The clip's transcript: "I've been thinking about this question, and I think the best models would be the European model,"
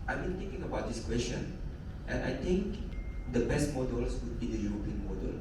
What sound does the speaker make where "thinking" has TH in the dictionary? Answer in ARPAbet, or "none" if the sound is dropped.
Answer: T